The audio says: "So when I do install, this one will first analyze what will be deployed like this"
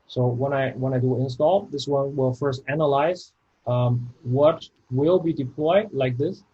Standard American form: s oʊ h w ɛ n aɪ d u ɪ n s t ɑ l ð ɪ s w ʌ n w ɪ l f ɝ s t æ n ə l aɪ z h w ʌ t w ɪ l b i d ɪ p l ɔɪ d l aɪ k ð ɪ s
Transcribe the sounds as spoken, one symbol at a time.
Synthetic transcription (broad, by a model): s oʊ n w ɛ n aɪ d u ɪ n s t ɑ l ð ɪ s w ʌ n w ɪ l f ɝ s t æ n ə l aɪ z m w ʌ t w ɪ l b i d ɪ p l ɔɪ d l aɪ k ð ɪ s